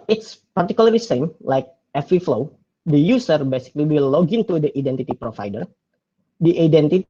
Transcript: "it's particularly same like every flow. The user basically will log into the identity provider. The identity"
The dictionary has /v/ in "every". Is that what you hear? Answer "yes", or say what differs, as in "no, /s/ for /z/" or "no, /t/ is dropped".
no, /f/ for /v/